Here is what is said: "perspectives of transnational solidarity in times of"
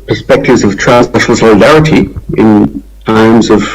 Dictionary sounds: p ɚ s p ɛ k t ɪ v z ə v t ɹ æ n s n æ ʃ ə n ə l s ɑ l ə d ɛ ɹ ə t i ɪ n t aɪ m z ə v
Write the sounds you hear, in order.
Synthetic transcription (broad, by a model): p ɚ s p ɛ k t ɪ v z ə v t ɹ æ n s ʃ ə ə l s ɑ l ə d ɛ ɹ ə t i ɪ n t aɪ m z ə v